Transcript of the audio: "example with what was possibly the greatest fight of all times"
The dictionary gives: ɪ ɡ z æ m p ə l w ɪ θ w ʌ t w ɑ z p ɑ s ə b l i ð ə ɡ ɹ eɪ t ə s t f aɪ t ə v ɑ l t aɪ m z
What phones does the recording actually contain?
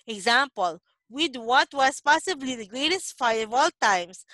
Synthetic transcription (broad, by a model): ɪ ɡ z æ m p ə l w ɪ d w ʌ t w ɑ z p ɑ s ə b l i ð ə ɡ ɹ eɪ t ə s t f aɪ ə v ɑ l t aɪ m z